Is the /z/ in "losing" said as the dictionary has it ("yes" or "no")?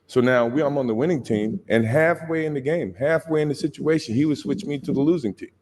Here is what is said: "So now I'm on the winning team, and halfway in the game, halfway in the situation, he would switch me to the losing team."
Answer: yes